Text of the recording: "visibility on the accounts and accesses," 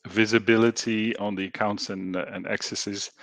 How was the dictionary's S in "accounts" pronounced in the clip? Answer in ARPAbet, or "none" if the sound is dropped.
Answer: S